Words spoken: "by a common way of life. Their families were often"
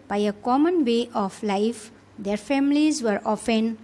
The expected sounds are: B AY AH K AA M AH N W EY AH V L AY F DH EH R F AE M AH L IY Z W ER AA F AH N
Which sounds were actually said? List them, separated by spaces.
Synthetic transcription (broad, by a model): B AY AH K AA M AH N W EY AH P L AY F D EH R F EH M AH L IY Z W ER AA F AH N